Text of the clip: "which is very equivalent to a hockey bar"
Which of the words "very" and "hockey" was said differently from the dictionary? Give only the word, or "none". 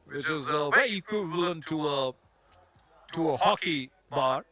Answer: very